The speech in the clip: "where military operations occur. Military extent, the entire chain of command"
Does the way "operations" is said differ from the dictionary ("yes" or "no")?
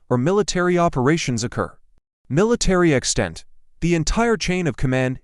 no